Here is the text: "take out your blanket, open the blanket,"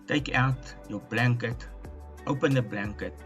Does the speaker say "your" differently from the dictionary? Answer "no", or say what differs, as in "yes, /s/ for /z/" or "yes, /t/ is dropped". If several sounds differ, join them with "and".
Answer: yes, /w/ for /ɹ/